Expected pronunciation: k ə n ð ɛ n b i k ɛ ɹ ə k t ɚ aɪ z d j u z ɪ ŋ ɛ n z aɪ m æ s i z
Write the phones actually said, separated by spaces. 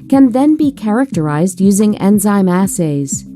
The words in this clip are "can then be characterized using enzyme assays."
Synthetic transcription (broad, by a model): k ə n ð ɛ n b i k ɛ ɹ ə k t ɚ aɪ z d j u z ɪ ŋ ɛ n z aɪ m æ s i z